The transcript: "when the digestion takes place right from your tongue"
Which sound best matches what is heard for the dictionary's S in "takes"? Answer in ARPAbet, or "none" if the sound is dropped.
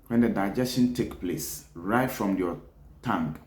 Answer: none